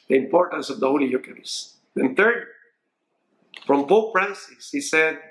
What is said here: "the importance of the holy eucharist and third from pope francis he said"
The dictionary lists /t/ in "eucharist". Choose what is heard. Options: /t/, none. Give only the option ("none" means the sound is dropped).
none